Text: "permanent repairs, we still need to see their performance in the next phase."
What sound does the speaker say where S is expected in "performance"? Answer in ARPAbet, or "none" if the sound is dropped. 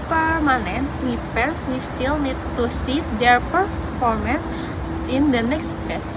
S